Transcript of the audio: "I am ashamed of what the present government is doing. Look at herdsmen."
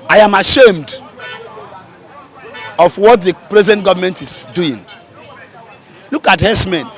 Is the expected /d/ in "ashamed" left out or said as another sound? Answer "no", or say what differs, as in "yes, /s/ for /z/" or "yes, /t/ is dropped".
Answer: no